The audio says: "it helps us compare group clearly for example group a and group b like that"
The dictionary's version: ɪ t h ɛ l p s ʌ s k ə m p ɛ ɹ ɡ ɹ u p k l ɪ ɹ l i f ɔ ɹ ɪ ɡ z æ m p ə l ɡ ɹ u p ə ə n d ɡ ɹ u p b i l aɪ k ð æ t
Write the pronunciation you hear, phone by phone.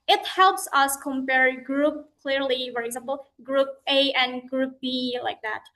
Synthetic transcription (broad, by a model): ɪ t h ɛ l p s ʌ s k ə m p ɛ ɹ ɡ ɹ u p k l ɪ ɹ l i f ɔ ɹ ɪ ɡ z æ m p l ɡ ɹ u p ə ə n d ɡ ɹ u p b i l aɪ k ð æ t